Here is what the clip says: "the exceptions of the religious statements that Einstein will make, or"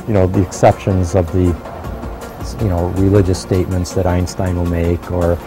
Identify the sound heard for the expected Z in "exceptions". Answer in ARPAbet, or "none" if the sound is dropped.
Z